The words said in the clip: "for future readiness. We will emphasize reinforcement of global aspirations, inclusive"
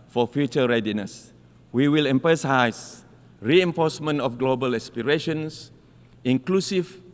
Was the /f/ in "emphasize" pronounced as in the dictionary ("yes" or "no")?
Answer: no